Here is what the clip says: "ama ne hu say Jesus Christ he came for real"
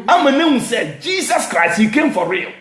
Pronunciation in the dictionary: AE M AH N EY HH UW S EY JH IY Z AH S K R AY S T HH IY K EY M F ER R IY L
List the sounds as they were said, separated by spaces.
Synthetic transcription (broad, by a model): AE M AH N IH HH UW S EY JH IY S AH S K R AY S T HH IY K EY M F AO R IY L